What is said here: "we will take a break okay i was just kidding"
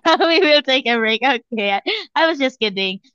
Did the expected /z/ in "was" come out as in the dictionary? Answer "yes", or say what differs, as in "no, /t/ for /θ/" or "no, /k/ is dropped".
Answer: yes